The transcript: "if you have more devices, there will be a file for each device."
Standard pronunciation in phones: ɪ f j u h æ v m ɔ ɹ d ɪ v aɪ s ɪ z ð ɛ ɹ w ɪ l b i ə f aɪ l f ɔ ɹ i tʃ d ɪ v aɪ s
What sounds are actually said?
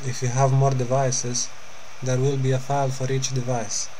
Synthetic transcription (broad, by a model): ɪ f j u h æ v m ɔ ɹ d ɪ v aɪ s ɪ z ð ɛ ɹ w ɪ l b i ə f aɪ l f ɔ ɹ i tʃ d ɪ v aɪ s